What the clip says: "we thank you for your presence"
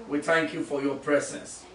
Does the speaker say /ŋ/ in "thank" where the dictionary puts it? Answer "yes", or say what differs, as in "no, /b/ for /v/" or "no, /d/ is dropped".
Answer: yes